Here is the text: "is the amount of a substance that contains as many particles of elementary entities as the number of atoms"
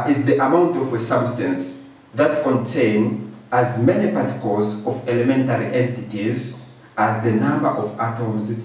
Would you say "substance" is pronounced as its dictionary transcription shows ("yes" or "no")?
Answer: yes